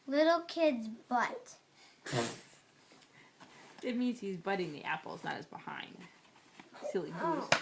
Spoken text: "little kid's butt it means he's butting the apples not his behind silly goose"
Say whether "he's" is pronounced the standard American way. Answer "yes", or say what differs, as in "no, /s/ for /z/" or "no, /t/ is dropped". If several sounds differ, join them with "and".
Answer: yes